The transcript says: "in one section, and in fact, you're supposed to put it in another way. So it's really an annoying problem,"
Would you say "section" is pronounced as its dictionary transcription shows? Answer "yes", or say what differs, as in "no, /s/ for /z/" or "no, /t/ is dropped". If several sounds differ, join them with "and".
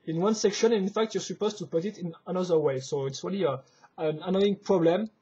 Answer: yes